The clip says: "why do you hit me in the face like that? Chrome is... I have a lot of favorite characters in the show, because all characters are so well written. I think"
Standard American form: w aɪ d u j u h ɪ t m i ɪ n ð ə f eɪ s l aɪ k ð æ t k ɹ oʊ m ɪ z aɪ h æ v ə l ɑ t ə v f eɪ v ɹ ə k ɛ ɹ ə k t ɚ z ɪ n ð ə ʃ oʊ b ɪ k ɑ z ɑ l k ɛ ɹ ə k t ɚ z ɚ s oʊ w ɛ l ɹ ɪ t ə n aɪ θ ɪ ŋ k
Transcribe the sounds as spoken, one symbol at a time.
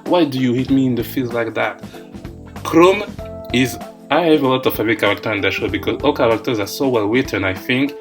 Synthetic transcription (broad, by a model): w aɪ d u j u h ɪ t m i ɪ n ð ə f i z l aɪ k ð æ t k ɹ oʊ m ɪ z aɪ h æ v ə l ɑ t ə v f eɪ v ə k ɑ ɹ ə k t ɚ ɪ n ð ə ʃ oʊ b ɪ k ɑ z ɑ l k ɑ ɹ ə k t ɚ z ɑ s oʊ w ɛ l w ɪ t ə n aɪ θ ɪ ŋ k